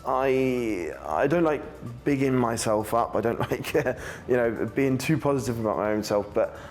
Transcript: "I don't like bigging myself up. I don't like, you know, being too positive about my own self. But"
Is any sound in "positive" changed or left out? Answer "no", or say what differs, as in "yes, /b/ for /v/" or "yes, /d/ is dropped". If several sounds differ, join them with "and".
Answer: no